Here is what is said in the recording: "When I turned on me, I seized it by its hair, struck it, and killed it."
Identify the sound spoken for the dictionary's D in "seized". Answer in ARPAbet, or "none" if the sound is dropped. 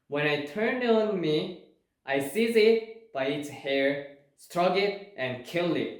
none